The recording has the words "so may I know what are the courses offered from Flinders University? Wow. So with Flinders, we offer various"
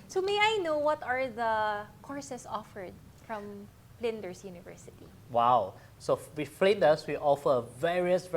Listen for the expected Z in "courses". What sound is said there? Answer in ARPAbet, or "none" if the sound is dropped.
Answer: S